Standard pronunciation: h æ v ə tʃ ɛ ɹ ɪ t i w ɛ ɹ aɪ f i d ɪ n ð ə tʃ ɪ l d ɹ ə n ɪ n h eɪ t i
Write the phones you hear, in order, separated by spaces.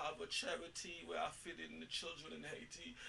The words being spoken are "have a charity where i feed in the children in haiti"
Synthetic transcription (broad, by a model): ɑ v ə tʃ ɛ ɹ ɪ t i w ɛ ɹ aɪ f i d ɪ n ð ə tʃ ɪ l d ɹ ə n ɪ n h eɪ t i